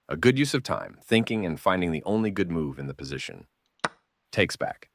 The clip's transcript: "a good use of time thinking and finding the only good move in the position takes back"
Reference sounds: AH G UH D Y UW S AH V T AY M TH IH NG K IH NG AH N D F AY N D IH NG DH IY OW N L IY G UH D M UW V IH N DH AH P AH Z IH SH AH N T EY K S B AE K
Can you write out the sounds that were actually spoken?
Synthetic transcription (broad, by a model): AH G UH D Y UW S AH V T AY M TH IH NG K IH NG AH N F AY N D IH NG DH IY OW N L IY G UH D M UW V IH N DH AH P AH Z IH SH AH N T EY K S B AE K